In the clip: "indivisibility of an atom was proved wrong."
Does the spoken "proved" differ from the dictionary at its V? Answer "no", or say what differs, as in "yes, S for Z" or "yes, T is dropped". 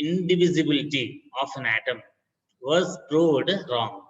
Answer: yes, V is dropped